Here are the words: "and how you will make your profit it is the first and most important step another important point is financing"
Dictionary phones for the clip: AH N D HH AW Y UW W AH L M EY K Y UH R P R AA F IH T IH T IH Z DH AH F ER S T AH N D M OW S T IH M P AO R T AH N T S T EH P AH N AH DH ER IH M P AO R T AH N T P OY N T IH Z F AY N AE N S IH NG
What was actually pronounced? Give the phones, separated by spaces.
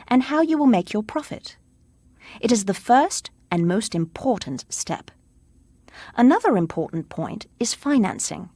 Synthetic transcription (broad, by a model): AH N HH AW Y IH W AH L M EY K Y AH R P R AA F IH T IH T IH Z DH AH F ER S T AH N M OW S T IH M P AO R T N T S T EH P AH N AH DH ER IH M P AO R T N P OY N T IH Z F AY N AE N S IH NG